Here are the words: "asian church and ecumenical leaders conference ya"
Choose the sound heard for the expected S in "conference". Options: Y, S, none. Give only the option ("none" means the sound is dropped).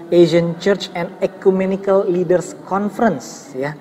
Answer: S